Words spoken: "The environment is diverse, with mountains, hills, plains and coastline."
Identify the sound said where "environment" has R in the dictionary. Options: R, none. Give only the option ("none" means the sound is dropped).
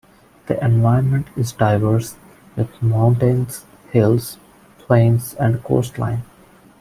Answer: none